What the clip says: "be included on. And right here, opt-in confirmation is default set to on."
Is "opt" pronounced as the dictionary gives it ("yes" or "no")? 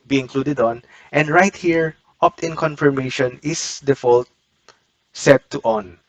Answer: yes